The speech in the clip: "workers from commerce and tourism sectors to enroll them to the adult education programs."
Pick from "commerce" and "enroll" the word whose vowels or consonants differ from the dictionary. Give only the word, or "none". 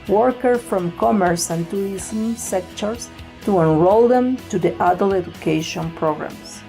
none